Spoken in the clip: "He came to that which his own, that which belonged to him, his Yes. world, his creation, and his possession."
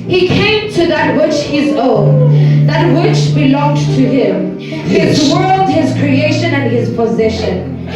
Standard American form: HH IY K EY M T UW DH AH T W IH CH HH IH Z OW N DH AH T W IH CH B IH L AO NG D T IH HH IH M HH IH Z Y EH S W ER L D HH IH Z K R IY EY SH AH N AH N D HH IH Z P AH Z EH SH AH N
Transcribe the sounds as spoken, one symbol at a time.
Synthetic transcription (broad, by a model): HH IY K EY M T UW DH AH T W IH CH HH IH Z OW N DH AH T W IH CH B IH L AO NG D T IH HH IH M HH IH Z W ER L D HH IH Z K R IY EY SH AH N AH N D HH IH Z P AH Z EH SH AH N